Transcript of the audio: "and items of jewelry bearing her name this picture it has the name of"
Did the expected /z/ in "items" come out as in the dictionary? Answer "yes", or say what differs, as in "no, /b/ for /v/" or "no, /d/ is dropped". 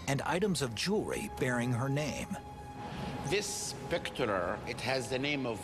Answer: yes